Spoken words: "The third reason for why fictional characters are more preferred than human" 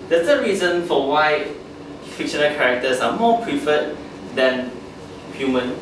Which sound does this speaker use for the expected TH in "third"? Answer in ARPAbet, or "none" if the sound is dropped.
S